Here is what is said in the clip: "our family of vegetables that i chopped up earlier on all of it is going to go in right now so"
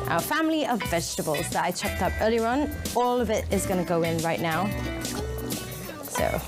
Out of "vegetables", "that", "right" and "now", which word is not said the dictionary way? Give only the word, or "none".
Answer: none